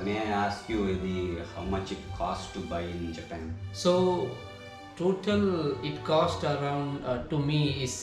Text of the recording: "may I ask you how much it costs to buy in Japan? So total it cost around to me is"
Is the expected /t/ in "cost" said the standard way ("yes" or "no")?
yes